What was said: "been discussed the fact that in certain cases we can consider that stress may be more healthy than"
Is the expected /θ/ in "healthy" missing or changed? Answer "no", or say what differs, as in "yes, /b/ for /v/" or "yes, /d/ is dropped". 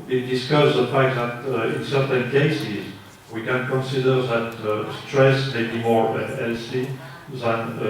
yes, /s/ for /θ/